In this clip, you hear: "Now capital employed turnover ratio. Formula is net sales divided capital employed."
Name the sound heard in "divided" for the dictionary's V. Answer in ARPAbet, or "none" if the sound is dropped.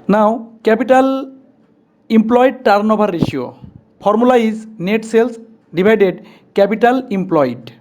B